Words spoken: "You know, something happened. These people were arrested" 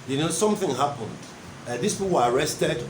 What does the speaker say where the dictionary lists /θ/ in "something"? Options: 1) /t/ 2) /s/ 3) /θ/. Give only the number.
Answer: 3